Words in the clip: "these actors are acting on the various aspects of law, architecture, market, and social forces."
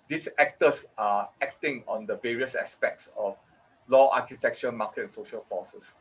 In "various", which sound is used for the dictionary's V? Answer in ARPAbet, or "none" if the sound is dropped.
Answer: V